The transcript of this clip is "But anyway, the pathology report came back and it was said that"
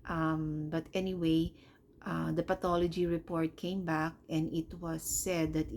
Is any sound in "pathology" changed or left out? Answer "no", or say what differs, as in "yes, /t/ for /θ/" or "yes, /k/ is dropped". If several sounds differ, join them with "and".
yes, /t/ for /θ/